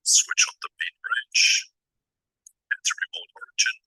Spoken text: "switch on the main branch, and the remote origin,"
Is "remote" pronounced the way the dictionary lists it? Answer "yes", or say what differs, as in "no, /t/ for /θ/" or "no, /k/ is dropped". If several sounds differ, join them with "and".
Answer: no, /m/ is dropped